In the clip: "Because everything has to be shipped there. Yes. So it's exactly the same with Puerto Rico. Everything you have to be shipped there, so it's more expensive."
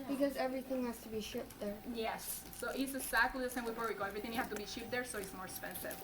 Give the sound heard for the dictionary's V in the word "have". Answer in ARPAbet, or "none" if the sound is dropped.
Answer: F